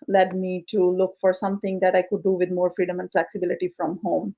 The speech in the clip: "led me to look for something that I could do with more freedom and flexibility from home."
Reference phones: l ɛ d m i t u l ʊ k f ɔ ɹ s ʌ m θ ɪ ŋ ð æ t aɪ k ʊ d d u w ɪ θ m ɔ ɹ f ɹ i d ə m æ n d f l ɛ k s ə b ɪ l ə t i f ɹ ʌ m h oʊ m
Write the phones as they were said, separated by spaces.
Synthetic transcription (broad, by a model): l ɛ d m i t u l ʊ k f ɔ ɹ s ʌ m t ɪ ŋ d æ t aɪ k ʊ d d u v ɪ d m ɔ ɹ f ɹ i d ə m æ n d f l ɛ k s ə b ɪ l ə t i f ɹ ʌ m h oʊ m